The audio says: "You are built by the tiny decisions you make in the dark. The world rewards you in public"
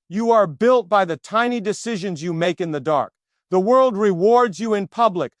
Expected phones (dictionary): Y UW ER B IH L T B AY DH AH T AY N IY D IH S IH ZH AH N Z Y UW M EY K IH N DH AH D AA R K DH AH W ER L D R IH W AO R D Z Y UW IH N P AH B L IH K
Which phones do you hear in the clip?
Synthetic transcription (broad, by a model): Y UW ER B IH L T B AY DH AH T AY N IY D IH S IH ZH AH N Z Y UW M EY K IH N DH AH D AA R K DH AH W ER L D R IH W AO R D Z Y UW IH N P AH B L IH K